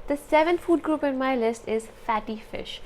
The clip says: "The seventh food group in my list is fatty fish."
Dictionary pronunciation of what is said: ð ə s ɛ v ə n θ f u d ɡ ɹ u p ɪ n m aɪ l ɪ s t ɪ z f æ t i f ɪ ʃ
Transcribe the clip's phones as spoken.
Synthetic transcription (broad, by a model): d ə s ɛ v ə n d f u d ɡ ɹ u p ɪ n m aɪ l ɪ s t ɪ z f æ t i f ɪ ʃ